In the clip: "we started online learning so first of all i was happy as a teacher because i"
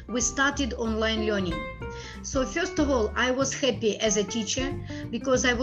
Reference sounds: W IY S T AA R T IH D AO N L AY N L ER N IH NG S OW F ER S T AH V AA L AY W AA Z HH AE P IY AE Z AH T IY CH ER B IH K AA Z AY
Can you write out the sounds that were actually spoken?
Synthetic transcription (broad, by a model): W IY S T AA R T IH D AO N L AY N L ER N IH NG S OW F ER S T AH V AA L AY W AA Z HH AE P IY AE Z AH T IY CH ER B IH K AA Z AY